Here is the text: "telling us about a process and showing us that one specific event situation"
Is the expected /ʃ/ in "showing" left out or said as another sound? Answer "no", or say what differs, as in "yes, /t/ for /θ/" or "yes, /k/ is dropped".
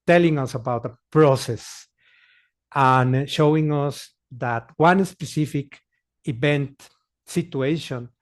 no